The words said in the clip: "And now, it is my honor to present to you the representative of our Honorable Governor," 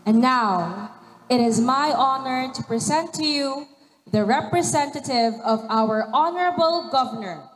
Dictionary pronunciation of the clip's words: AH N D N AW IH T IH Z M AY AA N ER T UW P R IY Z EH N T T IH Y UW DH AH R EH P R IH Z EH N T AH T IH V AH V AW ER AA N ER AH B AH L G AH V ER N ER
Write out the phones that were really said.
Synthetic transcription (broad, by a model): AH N N AW IH T IH Z M AY AA N ER T UW P R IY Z EH N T T IH Y UW DH AH R EH P R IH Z EH N T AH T IH V AH V AW ER AA N ER AH B AH L G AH V ER N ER